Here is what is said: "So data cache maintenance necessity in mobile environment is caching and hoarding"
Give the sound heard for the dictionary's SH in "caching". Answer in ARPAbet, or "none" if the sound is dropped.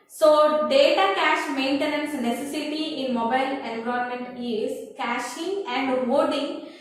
SH